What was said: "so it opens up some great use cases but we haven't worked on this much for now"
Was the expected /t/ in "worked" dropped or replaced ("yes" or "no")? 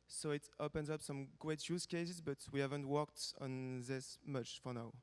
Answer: no